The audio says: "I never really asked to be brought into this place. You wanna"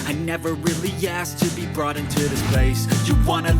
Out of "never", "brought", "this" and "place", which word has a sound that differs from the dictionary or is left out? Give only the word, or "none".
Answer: none